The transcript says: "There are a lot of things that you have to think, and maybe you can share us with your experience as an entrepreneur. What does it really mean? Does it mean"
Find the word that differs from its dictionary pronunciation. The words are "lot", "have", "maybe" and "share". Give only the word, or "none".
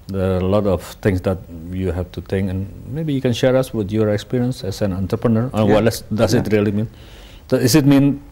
have